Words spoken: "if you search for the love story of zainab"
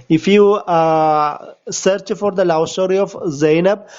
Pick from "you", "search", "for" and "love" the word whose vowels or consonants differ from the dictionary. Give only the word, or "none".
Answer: love